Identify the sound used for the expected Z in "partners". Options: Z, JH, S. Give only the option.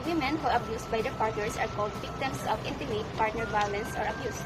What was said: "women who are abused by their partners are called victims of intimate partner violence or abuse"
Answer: S